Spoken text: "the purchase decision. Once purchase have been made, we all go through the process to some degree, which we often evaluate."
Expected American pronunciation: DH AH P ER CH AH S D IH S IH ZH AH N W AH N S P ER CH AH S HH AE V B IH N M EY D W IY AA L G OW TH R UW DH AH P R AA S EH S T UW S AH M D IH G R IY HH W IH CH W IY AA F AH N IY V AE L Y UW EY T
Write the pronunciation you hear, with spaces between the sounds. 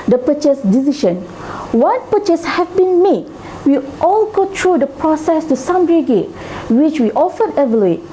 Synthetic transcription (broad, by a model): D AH P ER CH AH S D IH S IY SH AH N W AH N P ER CH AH S HH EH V B IH N M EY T W IY AA L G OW T R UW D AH P R AA S EH S T UW S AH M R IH G EH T W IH CH W IY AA F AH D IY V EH L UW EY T